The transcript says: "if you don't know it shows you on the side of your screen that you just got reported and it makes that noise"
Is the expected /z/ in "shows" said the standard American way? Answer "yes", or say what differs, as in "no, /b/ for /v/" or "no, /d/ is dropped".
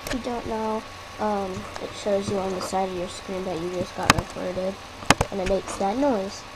yes